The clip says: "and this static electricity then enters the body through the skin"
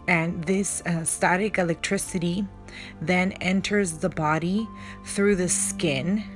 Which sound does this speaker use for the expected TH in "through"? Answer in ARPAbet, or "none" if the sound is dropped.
TH